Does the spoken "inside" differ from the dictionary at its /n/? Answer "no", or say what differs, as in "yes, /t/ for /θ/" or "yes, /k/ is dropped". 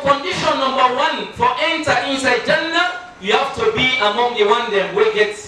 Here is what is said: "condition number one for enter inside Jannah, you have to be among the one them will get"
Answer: no